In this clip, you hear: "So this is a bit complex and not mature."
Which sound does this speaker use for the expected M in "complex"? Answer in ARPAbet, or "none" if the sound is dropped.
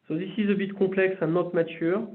none